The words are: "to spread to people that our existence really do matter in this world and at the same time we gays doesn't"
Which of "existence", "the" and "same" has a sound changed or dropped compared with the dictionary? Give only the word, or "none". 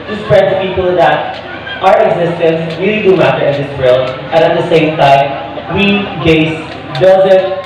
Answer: none